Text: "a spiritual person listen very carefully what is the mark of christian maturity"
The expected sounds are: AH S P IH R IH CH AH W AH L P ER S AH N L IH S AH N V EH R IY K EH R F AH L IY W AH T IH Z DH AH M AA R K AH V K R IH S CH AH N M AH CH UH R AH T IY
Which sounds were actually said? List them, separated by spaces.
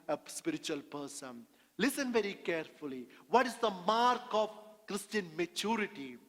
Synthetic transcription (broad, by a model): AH S P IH R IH CH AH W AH L P ER S AH N L IH S AH N V EH R IY K EH R F AH L IY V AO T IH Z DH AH M AA R K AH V K R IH S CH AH N M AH CH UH R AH T IY